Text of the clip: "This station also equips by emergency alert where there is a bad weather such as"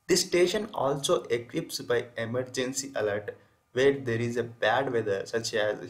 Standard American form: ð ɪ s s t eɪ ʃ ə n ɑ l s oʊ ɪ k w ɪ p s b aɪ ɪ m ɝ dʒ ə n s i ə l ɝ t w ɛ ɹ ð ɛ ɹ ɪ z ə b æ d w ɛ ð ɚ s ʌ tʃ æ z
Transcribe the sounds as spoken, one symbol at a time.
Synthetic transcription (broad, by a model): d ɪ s s t eɪ ʃ ə n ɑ l s oʊ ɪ k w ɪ p s b aɪ ɪ m ɝ dʒ ə n s i ə l ɝ t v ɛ ɹ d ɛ ɹ ɪ z ə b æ d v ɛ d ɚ s ʌ tʃ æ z